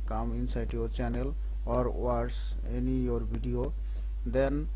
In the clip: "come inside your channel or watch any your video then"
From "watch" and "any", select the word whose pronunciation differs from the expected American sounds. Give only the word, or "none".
watch